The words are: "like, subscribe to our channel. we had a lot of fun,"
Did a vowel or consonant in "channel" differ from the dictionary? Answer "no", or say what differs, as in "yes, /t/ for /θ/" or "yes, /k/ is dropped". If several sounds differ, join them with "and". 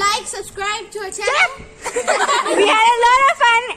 yes, /n/ is dropped